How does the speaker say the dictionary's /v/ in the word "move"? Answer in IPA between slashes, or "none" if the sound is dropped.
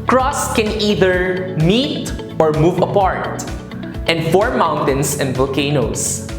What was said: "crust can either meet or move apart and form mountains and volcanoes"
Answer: /v/